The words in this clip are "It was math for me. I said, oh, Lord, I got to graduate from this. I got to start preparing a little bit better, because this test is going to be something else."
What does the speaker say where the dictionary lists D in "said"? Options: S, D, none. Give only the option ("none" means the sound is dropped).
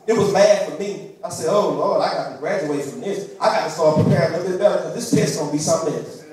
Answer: D